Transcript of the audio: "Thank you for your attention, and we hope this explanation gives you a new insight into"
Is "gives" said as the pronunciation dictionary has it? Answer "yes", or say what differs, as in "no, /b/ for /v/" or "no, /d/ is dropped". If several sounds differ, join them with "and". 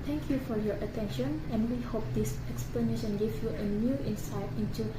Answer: no, /z/ is dropped